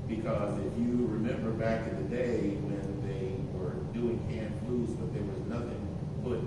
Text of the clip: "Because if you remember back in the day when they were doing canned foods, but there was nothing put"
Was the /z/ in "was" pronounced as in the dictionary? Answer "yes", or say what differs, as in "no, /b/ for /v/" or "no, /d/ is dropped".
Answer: yes